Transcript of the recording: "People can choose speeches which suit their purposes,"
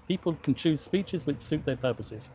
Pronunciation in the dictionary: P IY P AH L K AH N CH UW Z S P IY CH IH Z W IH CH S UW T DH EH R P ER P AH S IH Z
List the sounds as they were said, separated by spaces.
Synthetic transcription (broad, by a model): P IY P AH L K AH N CH UW Z S P IY CH IH Z W IH CH S UW T DH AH P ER P AH S IH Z